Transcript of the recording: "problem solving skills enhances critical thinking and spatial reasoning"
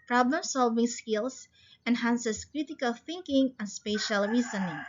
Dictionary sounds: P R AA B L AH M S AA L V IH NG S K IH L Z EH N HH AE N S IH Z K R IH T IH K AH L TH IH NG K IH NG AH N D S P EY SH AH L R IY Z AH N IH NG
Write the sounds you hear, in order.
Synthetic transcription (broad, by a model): P R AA B L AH M S AA L V IH NG S K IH L S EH N HH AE N S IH S K R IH T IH K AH L TH IH NG K IH NG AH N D S P EY SH AH L R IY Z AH N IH NG